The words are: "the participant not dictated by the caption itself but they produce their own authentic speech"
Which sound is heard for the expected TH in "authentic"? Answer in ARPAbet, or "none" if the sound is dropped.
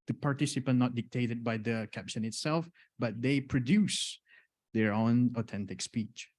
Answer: T